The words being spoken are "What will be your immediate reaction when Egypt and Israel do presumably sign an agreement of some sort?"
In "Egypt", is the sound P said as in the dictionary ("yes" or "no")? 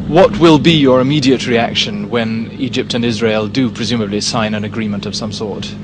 yes